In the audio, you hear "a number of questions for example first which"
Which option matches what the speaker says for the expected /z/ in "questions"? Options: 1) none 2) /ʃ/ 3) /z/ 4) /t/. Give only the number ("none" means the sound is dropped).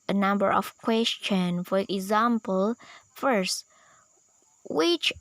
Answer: 1